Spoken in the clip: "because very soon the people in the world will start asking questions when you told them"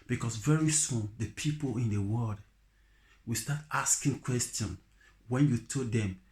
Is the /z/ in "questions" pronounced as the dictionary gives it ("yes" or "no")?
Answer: no